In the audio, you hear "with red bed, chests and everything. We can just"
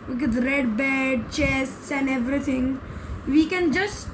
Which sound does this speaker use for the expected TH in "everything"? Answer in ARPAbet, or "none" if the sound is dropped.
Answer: T